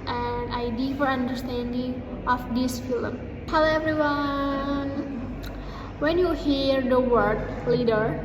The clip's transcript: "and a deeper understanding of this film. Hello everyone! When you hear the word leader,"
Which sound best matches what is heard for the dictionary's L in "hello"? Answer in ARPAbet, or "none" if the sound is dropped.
none